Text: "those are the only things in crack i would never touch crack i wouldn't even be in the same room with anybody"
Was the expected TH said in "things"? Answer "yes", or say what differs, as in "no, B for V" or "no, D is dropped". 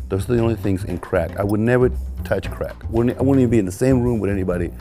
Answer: yes